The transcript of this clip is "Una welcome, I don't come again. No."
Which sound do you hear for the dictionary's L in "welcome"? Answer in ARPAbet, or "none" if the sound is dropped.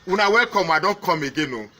none